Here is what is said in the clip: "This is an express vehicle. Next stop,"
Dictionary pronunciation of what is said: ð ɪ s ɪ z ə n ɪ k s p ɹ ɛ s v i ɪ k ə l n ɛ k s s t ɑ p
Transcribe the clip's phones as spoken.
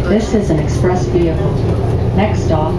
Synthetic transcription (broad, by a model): ð ɪ s ɪ z ə n ɪ k s p ɹ ɛ s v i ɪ ə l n ɛ k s s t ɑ